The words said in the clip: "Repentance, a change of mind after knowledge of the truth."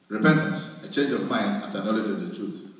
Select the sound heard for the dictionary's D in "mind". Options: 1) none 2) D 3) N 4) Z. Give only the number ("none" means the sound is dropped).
2